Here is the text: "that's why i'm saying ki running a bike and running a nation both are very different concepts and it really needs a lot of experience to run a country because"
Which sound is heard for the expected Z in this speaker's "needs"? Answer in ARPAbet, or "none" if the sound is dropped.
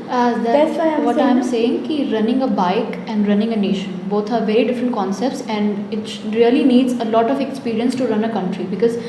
Z